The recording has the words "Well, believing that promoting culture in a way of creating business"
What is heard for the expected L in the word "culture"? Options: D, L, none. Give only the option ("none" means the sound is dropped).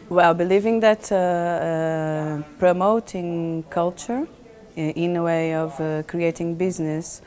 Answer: L